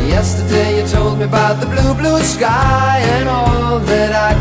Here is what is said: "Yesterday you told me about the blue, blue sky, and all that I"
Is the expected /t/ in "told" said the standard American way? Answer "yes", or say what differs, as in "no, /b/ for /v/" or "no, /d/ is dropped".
yes